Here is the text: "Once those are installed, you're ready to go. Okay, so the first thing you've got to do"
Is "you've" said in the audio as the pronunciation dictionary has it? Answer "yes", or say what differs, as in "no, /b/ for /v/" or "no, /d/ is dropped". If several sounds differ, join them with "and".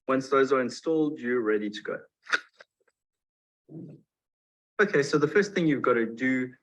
yes